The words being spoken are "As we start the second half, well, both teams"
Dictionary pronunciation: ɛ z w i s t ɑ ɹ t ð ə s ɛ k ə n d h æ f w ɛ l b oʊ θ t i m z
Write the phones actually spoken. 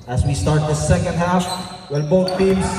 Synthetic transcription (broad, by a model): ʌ z w i s t ɑ ɹ t ð ə s ɛ k ə n d h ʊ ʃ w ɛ n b oʊ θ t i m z